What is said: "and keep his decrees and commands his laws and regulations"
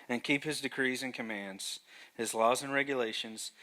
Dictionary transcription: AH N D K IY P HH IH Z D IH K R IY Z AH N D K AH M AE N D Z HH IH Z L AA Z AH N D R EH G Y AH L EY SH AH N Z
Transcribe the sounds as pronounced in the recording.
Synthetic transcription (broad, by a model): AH N K IY P HH IH Z D IH K R IY Z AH N K AH M AE N D Z HH IH Z L AA Z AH N R EH G Y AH L EY SH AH N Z